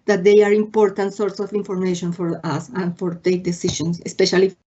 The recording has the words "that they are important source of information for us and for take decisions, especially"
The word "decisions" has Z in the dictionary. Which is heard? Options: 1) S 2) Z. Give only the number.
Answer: 1